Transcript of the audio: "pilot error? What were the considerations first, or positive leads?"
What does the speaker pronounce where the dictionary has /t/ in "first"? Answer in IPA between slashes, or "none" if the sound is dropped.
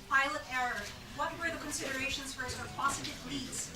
none